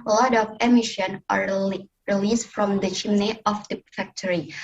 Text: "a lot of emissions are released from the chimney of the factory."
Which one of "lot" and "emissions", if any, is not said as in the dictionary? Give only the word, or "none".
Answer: emissions